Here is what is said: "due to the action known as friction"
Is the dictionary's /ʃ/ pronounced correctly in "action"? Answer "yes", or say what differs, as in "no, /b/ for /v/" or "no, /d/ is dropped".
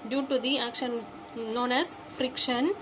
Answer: yes